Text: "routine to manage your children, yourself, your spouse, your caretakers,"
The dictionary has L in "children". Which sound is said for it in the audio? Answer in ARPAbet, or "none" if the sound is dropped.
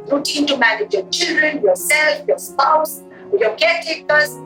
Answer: L